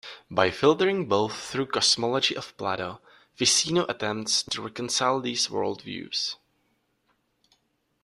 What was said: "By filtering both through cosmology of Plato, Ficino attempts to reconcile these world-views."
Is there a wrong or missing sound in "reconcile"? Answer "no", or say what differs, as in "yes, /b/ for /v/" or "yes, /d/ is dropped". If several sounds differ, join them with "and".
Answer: no